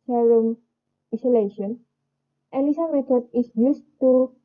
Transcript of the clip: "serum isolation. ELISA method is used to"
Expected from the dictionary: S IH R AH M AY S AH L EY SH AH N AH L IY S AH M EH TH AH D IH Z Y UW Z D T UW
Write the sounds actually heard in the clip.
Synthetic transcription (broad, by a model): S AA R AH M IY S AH L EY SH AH N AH N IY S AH M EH T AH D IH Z Y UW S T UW